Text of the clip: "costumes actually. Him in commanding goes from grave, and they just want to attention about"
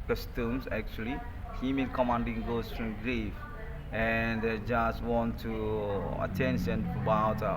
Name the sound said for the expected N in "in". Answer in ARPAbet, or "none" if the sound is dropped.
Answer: L